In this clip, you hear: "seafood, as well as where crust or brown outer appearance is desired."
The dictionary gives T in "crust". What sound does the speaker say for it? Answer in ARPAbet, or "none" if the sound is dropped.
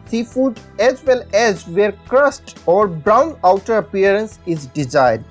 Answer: T